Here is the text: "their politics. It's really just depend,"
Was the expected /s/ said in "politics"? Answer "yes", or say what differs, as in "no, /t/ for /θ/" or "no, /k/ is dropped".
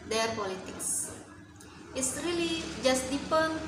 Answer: yes